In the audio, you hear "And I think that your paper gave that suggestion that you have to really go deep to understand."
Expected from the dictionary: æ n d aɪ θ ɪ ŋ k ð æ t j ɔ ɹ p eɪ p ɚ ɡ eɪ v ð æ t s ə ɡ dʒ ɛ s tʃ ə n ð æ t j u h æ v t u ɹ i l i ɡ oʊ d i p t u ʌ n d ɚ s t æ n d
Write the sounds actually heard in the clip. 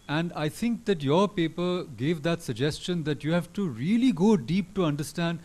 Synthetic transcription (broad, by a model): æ n d aɪ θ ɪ ŋ k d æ t j ɔ ɹ p eɪ p ɚ ɡ eɪ v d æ t s ə ɡ dʒ ɛ s tʃ ə n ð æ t j u h æ v t u ɹ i l i ɡ oʊ d i p t u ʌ n d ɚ s t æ n d